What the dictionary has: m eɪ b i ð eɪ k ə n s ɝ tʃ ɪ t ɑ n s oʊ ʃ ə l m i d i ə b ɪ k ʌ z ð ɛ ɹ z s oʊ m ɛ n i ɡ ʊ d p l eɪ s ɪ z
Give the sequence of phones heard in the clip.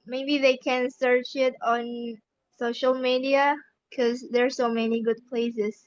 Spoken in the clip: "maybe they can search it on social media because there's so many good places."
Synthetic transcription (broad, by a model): m eɪ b i ð eɪ k ə n s ɝ tʃ ɪ t ɑ n s oʊ ʃ ə l m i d i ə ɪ k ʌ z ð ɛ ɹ s oʊ m ɛ n i ɡ ʊ d p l eɪ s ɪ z